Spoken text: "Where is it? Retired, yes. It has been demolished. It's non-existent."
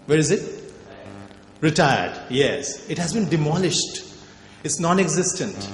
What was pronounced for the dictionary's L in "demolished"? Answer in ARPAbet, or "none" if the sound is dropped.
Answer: L